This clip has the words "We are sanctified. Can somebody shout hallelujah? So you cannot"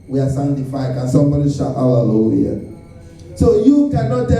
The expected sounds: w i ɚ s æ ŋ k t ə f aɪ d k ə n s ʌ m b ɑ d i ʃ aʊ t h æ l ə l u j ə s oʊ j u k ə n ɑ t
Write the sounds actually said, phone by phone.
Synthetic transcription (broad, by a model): w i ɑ s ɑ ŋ t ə f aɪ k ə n s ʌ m b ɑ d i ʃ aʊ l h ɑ l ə l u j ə s oʊ j u k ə n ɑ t